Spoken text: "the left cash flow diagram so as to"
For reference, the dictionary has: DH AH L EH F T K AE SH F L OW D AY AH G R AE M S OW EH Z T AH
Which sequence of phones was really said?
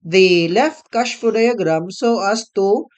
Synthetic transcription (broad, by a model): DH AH L EH F T K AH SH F OW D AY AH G R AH M S OW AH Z T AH